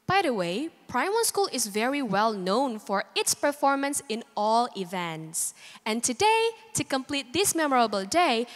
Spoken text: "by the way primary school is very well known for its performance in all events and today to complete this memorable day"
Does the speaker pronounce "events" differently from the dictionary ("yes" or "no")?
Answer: no